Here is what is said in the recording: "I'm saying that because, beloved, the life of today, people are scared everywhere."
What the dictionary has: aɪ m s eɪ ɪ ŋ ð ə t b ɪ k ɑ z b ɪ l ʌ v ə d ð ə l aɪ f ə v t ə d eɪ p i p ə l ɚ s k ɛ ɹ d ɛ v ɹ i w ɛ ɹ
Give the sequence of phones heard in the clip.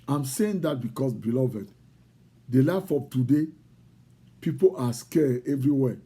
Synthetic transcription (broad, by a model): aɪ m s eɪ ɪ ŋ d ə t b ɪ k ɑ s b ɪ l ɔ v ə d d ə l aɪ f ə p t ə d eɪ p i p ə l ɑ s k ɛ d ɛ v ɹ i w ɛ